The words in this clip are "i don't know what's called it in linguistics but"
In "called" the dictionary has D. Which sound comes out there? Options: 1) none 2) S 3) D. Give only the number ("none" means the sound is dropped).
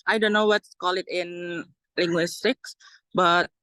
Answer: 1